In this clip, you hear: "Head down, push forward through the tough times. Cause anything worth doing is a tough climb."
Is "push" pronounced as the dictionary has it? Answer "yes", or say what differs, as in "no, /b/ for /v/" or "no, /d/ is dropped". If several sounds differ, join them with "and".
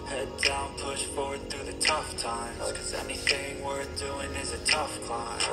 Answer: yes